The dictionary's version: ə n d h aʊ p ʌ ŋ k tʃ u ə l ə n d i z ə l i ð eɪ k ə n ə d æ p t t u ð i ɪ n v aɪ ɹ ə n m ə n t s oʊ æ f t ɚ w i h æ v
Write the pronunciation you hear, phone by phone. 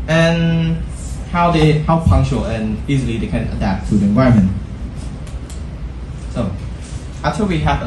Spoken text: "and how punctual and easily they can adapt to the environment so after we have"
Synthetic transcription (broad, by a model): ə n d h aʊ p ʌ ŋ k tʃ u ə l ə n i z ə l i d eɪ k ə n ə d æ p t t u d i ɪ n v aɪ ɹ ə m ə n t s oʊ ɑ t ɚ w i h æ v